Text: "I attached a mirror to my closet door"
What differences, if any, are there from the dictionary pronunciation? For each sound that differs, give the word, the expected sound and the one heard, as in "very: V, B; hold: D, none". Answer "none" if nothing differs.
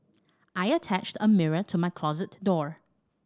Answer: none